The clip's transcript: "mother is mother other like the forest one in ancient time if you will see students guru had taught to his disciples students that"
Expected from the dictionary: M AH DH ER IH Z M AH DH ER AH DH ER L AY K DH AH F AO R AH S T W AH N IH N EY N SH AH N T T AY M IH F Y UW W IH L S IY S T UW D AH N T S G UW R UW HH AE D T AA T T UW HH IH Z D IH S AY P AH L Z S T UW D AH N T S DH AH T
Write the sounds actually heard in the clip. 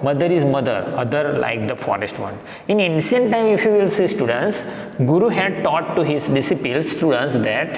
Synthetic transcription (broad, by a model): M AH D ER IH Z M AH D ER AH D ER L AY K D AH F AO R AH S T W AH N IH N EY N S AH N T T AY M IH F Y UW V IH L S IY S T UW D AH N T S G UW R UW HH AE D T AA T T UW HH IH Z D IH S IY P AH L S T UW D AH N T S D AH T